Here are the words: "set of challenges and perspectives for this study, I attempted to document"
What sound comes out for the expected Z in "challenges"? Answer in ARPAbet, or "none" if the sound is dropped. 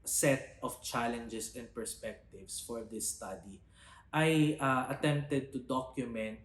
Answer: S